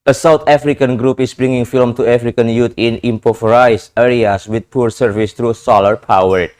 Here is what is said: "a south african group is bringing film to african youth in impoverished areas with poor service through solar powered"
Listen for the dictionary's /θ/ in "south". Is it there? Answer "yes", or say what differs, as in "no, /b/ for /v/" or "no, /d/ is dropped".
no, /t/ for /θ/